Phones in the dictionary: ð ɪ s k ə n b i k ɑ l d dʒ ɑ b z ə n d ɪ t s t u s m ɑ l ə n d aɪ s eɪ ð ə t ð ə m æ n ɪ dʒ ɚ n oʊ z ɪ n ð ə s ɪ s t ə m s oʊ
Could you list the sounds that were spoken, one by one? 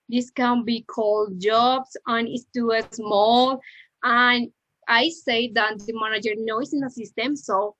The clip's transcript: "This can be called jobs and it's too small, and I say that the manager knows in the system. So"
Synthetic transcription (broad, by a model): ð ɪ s k ə n b i k ɑ l d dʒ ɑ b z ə n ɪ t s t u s m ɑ l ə n aɪ s eɪ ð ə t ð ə m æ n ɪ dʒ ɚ n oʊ s ɪ n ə s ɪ s t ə m s oʊ